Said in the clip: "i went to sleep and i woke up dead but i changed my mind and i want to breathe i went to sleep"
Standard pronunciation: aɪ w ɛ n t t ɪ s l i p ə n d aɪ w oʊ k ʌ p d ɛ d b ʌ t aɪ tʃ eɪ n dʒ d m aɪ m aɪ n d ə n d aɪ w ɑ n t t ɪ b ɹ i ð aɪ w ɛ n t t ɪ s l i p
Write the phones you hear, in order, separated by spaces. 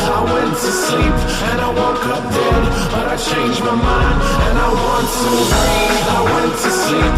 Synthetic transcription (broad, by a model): aɪ w ɛ n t t ɪ s l i p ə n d aɪ w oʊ k ʌ p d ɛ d b ʌ t aɪ tʃ eɪ n dʒ m aɪ m aɪ n d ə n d aɪ w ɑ n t t ɪ aɪ w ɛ n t t ɪ s l i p